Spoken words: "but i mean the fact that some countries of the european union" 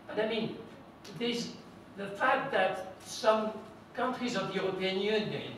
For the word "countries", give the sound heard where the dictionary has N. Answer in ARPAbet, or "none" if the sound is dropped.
N